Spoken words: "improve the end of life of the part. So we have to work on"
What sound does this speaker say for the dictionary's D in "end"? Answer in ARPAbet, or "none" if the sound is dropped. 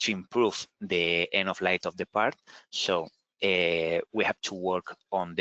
none